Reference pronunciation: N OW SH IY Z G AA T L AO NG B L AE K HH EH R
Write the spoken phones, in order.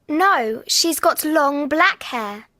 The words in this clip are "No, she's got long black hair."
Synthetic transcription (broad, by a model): N OW SH IY Z G AA T L AO NG B L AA K HH EH